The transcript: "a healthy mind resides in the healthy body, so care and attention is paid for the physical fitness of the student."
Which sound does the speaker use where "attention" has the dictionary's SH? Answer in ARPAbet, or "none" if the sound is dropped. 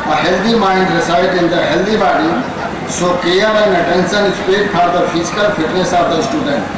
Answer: S